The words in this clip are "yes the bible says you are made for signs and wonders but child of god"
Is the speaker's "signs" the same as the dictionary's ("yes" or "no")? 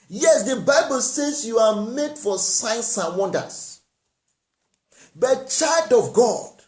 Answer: no